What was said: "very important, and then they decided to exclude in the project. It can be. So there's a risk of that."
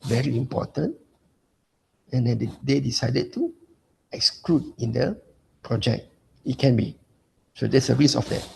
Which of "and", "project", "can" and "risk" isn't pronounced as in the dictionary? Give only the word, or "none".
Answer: risk